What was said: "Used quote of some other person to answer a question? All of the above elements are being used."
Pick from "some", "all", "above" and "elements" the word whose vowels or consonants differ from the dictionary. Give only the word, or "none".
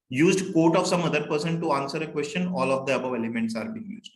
none